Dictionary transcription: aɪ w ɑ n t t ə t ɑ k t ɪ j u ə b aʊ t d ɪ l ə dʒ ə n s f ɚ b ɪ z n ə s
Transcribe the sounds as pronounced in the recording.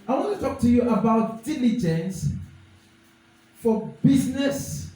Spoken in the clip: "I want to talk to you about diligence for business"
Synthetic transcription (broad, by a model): aɪ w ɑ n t t ə t ɑ k t ɪ j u ə b aʊ t d ɪ l ə dʒ ə n s f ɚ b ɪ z n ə s